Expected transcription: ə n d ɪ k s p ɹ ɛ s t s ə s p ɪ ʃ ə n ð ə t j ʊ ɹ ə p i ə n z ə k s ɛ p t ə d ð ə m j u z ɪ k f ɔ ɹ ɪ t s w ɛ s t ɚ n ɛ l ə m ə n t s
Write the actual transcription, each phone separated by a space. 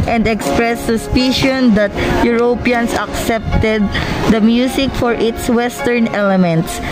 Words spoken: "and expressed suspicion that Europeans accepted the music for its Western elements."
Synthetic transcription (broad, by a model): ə n d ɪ k s p ɹ ɛ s s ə s p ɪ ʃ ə n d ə t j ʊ ɹ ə p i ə n s ə k s ɛ p t ə d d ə m j u s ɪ k f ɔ ɹ ɪ t s w ɛ s t ɚ n ɛ l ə m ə n t s